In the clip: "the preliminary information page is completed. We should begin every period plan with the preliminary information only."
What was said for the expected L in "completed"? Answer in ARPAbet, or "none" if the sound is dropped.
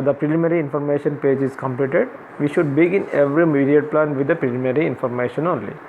L